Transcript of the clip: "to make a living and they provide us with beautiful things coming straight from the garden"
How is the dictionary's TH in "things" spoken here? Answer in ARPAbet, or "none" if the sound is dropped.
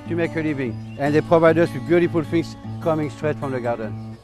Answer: F